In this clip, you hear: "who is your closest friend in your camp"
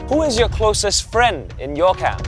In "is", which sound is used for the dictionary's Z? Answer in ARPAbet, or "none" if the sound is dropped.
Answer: Z